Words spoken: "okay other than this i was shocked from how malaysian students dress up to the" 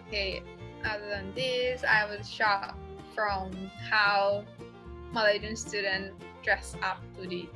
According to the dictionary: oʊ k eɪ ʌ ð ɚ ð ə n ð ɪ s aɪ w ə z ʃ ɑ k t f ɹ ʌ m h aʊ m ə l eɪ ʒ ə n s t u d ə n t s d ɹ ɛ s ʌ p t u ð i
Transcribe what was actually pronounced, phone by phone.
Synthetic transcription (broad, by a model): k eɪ ʌ ð ɚ ð ə n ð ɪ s aɪ w ə z ʃ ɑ t f ɹ ʌ m h aʊ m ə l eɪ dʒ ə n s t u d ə n d ɹ ɛ s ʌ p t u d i